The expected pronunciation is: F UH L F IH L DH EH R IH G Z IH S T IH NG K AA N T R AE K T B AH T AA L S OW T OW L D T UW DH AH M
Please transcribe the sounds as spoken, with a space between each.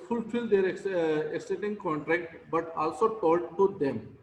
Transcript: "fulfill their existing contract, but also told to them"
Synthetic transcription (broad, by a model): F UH L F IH L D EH R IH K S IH T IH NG K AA N T R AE K T B AH T AA L S OW T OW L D T UW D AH M